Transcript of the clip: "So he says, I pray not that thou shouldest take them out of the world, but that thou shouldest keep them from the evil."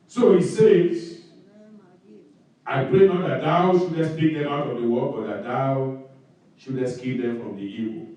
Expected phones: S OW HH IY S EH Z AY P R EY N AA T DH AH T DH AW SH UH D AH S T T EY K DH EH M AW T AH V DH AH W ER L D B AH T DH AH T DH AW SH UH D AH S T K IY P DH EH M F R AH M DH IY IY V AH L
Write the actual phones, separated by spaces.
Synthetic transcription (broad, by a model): S OW HH IY S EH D AY P R EY N AA T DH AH T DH AW SH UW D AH S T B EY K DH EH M AW T AH V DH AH W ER D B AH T DH AH T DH AW SH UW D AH S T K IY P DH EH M F R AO M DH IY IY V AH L